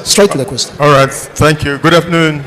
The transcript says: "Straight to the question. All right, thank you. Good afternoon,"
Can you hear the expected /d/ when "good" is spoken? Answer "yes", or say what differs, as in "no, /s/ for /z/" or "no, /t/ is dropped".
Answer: yes